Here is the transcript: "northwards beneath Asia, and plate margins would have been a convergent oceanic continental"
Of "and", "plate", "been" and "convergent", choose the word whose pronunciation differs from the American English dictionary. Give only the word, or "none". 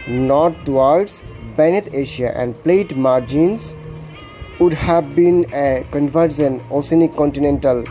convergent